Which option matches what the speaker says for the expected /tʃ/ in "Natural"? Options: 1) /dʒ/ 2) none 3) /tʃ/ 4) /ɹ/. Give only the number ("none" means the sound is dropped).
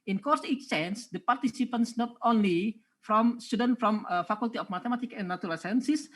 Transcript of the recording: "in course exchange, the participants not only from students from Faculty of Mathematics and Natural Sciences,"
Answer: 2